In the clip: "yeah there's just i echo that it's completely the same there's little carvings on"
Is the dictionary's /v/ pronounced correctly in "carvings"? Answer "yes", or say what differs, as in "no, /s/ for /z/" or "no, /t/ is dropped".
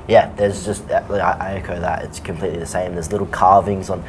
yes